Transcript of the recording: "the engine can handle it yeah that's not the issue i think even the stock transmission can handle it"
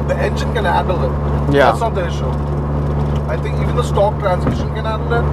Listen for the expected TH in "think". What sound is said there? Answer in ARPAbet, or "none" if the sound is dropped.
T